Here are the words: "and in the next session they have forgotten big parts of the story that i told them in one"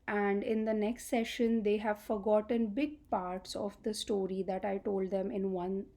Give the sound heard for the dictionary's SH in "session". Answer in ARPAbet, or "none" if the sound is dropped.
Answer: SH